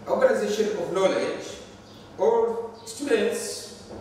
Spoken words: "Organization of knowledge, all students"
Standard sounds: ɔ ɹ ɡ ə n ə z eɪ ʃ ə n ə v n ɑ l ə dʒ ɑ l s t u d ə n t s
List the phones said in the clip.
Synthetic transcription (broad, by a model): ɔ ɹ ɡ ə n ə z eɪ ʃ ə n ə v l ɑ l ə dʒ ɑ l s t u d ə n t s